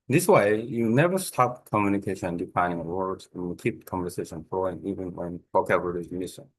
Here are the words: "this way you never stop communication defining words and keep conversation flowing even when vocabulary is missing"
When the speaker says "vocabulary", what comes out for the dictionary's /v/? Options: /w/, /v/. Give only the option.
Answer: /w/